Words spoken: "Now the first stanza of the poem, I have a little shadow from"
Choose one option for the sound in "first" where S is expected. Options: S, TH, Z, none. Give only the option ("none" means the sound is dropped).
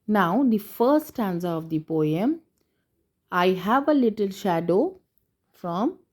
none